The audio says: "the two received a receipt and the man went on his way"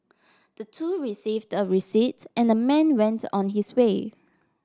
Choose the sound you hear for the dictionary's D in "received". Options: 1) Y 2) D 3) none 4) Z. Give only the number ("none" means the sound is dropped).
2